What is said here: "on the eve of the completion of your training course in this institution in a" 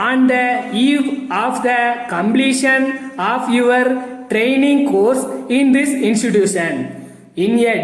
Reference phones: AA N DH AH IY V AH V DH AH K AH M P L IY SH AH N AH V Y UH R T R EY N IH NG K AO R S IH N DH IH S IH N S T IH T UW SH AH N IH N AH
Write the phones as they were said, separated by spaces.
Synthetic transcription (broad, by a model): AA N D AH IY V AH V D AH K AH M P L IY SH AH N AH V Y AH R T R EY N IH NG K AO R S IH N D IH S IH N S T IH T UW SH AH N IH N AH